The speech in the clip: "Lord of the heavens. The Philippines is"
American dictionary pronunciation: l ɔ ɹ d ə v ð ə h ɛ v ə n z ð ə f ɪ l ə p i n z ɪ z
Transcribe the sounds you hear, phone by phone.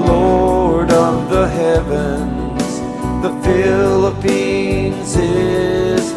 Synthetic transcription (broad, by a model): l ɔ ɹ d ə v ð ə h ɛ v ə n z ð ə f ɪ l ə p i n z ɪ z